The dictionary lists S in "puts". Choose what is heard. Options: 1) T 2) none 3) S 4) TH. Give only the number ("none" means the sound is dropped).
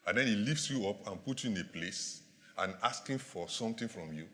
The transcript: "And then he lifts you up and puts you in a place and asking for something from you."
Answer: 2